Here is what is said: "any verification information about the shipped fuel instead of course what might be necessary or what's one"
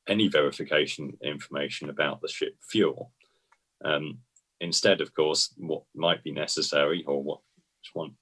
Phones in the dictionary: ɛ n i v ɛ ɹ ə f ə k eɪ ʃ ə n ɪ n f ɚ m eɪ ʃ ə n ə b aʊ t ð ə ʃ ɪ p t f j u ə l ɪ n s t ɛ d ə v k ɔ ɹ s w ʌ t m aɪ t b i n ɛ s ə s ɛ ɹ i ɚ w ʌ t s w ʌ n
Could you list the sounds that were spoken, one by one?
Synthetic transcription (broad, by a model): ɛ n i v ɛ ɹ ə f ə k eɪ ʃ ə n ɪ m f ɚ m eɪ ʃ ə n ə b aʊ t ð ə ʃ ɪ p f j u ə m ɪ n s t ɛ d ə v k ɔ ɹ s w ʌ t m aɪ t b i n ɛ s ə s ɛ ɹ i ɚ w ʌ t w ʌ n